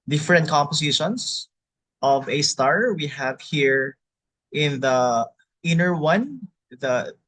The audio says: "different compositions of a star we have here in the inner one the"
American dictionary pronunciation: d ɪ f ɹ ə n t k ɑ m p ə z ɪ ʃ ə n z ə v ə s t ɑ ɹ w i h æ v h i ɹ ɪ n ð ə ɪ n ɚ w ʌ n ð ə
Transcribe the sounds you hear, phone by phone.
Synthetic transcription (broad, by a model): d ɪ f ɹ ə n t k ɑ m p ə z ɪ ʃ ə n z ə v ə s t ɑ ɹ w i h æ v h i ɹ ɪ n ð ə ɪ n ɚ w ʌ n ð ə